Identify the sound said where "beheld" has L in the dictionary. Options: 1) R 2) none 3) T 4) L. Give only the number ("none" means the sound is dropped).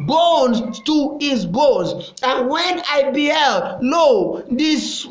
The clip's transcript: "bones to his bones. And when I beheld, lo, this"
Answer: 4